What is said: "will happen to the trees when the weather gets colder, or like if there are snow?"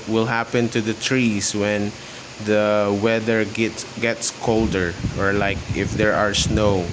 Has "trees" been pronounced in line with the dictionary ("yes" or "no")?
no